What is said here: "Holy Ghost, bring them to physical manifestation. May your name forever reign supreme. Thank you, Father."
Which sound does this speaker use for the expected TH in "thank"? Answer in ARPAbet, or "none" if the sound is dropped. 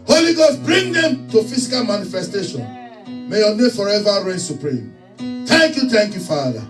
T